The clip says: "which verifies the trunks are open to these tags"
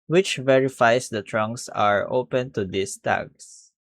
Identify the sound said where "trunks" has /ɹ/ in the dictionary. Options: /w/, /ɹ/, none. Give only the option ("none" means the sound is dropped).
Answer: /ɹ/